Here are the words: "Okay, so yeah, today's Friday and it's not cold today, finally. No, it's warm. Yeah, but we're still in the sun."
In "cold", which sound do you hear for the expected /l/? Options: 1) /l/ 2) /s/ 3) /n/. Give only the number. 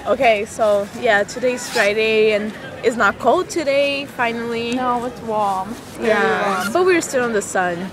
1